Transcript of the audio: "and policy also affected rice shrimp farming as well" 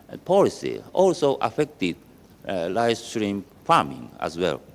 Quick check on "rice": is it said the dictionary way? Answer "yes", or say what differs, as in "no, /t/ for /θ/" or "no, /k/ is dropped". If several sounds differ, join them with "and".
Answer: no, /l/ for /ɹ/